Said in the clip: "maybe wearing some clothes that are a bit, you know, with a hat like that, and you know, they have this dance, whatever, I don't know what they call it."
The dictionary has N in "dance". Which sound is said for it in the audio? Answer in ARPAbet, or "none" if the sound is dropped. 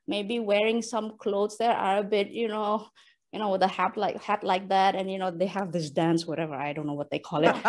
N